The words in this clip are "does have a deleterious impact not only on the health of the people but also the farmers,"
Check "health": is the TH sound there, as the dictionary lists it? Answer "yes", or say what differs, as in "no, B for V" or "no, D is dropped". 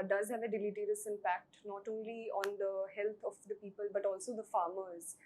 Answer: no, T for TH